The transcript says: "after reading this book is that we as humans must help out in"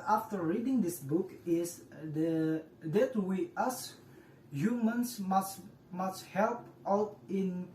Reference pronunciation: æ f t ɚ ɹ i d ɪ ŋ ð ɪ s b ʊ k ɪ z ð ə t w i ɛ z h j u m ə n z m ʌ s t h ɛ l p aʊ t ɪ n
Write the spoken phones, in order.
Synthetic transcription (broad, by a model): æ f t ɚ ɹ i d ɪ ŋ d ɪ s b ʊ k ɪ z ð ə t w i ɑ s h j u m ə n s m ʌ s t h ɛ l p aʊ t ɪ n